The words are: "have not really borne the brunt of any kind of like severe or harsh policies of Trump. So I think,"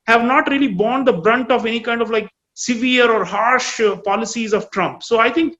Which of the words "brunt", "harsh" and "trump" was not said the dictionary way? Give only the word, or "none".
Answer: none